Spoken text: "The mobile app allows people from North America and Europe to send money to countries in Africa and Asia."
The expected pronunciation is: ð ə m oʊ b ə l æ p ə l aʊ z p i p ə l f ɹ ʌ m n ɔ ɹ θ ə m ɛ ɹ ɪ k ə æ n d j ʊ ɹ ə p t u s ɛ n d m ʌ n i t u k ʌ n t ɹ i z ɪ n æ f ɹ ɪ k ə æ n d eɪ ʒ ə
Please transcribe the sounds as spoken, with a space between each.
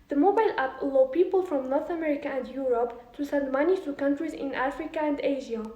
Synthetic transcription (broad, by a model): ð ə m oʊ b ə l æ p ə l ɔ p i p ə l f ɹ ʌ m n ɔ ɹ θ ə m ɛ ɹ ɪ k ə æ n d j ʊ ɹ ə p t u s ɛ n d m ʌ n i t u k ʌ n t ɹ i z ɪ n æ f ɹ ɪ k ə æ n d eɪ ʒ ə